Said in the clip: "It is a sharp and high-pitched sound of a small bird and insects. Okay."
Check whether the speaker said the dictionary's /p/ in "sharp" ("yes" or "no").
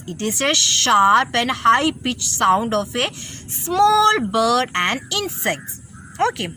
yes